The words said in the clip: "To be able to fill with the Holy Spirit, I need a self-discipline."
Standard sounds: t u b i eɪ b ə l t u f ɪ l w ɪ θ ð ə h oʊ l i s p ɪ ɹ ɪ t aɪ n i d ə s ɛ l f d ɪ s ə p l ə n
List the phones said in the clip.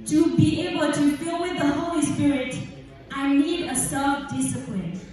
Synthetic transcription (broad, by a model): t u b i eɪ b ə l t u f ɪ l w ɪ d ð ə h oʊ l i s p ɪ ɹ ɪ t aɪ n i d ə s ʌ f d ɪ s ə p l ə n